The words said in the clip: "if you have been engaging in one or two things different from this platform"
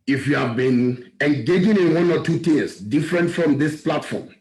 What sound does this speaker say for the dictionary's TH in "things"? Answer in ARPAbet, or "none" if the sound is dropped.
T